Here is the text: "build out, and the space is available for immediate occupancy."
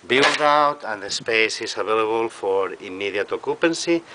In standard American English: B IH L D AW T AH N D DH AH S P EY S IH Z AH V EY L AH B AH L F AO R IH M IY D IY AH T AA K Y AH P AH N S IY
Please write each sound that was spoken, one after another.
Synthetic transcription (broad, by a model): B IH L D AW T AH N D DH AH S P EY S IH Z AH B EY L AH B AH L F AO R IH M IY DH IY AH T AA K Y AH P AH N S IY